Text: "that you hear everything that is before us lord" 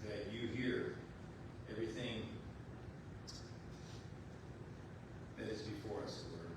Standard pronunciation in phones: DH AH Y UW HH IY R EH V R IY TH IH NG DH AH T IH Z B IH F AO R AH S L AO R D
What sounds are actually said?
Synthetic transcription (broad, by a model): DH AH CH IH HH IY R EH V R IY TH IH NG DH AH T IH Z B IH F AO R AH S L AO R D